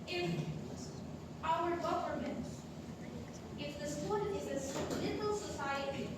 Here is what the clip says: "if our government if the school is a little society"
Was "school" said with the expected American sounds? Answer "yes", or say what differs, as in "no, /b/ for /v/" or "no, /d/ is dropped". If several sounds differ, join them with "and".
no, /n/ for /l/